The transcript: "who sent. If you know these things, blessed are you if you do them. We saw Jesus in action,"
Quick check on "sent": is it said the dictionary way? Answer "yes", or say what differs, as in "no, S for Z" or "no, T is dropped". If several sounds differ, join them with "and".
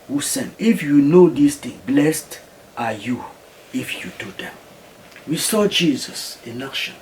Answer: no, T is dropped